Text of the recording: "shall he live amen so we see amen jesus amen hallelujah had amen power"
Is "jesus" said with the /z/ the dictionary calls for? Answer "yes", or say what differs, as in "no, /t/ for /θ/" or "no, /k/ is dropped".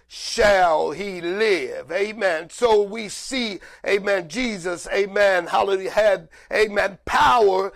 yes